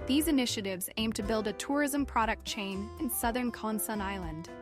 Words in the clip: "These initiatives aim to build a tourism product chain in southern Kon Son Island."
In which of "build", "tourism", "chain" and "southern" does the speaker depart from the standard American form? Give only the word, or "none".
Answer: none